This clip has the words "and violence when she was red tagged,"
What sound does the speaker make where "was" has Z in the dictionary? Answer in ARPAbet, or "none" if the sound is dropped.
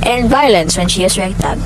S